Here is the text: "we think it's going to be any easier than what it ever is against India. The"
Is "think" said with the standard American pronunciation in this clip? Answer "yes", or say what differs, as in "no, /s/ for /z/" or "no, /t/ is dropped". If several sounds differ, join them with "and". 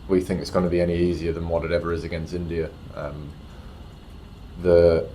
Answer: yes